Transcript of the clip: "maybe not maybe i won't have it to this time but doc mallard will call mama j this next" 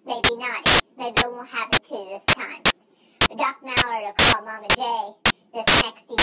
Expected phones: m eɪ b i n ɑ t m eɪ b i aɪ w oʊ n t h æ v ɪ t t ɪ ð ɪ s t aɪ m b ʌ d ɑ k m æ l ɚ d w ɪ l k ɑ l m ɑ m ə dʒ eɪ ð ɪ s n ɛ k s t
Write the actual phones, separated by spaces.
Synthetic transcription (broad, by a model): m eɪ b i n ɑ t m eɪ b i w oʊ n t h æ p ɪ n t ɪ ð ɪ s t aɪ m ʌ d ɑ k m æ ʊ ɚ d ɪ k ɑ l m ɑ m ə dʒ eɪ ð ɪ s n ɛ k s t